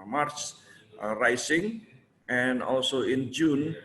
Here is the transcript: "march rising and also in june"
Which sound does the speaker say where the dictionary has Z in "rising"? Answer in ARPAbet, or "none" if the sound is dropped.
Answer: S